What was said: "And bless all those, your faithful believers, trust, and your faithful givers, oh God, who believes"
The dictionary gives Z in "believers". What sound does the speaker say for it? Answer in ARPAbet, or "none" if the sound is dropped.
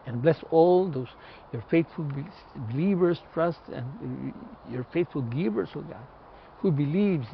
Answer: S